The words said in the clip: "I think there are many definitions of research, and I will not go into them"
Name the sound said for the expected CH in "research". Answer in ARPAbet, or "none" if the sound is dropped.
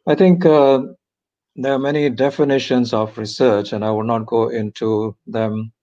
CH